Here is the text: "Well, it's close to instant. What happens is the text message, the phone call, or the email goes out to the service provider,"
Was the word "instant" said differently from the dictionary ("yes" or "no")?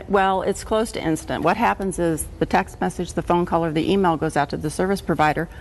no